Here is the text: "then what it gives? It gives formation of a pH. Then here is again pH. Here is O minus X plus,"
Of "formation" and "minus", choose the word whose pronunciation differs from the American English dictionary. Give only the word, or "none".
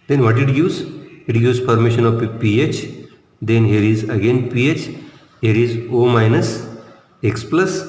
formation